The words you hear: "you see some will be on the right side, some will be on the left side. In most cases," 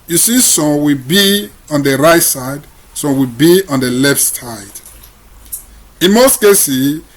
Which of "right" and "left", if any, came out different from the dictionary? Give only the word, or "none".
none